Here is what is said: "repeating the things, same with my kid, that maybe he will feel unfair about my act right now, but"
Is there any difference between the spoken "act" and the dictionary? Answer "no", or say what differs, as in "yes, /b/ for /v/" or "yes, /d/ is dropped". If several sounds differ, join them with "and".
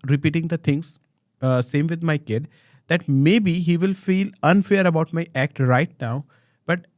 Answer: no